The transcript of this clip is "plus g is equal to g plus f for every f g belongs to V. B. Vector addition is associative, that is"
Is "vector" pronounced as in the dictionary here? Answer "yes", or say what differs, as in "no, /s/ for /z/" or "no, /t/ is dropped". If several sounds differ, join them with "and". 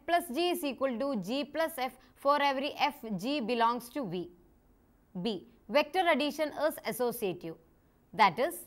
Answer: yes